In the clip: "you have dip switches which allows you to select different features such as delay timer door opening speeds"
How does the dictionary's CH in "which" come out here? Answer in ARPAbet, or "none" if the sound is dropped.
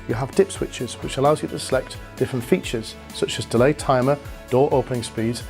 CH